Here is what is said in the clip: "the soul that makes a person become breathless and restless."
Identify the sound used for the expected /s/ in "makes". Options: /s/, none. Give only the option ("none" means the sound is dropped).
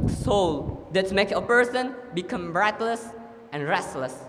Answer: none